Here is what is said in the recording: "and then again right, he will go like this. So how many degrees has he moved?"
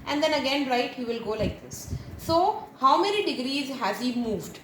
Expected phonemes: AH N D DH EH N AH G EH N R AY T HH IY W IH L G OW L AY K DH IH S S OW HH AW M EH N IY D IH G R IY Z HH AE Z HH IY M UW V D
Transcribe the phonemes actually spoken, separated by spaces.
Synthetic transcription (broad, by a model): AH N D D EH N AH G EH N R AY T HH IY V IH L G OW L AY K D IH S S OW HH AW M EH N IY D IH G R IY Z HH AE Z HH IY M UW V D